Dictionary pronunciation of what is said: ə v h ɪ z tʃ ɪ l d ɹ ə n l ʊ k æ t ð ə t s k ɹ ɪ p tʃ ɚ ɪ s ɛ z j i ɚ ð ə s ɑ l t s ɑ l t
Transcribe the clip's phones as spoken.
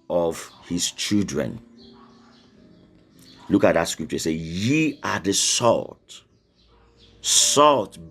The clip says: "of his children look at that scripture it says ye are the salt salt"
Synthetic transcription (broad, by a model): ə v h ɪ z tʃ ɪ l d ɹ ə n l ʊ k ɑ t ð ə t s k ɹ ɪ p tʃ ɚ ɪ s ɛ j i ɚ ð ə s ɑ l t s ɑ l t